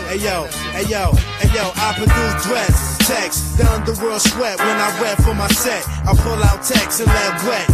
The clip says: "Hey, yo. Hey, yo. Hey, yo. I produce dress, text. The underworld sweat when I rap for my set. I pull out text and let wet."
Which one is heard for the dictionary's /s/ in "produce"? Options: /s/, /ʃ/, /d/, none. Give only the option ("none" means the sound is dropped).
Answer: none